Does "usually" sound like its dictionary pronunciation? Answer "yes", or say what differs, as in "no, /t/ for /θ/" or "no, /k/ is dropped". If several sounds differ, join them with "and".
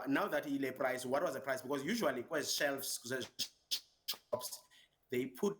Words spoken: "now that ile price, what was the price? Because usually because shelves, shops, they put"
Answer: no, /l/ is dropped